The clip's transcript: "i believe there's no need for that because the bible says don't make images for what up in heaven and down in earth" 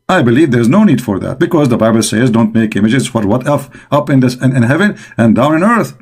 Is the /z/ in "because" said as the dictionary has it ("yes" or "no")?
yes